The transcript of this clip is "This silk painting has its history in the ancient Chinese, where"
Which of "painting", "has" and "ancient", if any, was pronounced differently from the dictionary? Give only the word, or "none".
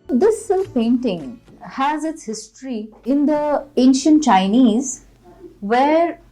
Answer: none